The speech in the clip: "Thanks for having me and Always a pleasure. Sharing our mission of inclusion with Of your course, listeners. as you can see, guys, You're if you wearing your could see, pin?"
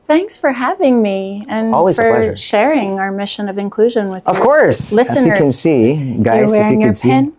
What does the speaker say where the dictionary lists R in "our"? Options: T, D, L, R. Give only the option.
R